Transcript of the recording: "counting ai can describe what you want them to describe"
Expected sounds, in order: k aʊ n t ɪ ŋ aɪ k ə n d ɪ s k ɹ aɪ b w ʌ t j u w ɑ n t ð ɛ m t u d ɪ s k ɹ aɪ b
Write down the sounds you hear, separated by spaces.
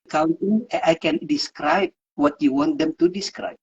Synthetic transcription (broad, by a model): k aʊ n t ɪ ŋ aɪ k ə n d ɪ s k ɹ aɪ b w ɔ t j u w ɑ n t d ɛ m t u d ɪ s k ɹ aɪ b